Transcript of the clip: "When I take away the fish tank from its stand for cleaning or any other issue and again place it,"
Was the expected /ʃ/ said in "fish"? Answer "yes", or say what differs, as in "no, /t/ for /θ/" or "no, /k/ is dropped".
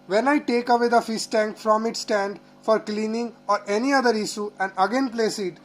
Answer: no, /s/ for /ʃ/